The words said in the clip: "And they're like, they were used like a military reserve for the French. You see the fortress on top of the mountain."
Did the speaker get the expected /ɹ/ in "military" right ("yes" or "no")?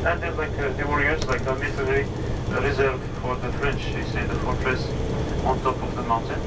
no